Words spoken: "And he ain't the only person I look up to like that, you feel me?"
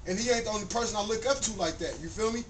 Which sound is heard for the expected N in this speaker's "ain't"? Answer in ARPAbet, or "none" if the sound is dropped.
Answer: none